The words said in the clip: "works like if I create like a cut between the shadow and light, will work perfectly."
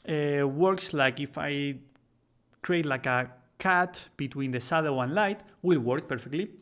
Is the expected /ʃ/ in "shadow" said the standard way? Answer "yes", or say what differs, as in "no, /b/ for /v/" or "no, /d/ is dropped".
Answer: no, /s/ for /ʃ/